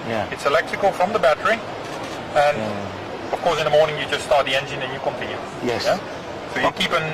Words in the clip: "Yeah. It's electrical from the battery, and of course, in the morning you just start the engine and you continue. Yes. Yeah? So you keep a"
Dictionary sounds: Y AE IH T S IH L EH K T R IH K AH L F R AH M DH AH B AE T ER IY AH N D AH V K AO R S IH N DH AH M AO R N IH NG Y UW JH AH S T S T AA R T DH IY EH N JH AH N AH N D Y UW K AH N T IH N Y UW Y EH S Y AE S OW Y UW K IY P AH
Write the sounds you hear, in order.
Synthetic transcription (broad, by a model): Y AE IH T S IH L EH K T R IH K AH L F R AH M DH AH B AE T ER IY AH N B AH K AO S IH N DH AH M AO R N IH NG Y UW JH AH S T S T AA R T DH IY EH N JH AH N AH N Y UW K AH N T IH N Y UW Y EH S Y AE S OW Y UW K IY P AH